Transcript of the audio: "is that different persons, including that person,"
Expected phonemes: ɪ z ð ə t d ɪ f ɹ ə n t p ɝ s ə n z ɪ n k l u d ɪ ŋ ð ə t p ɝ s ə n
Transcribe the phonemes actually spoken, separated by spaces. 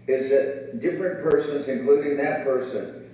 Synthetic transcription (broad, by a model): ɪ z ð ə t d ɪ f ɹ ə n p ɝ s ə n z ɪ n k l u d ɪ ŋ ð ə t p ɝ s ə n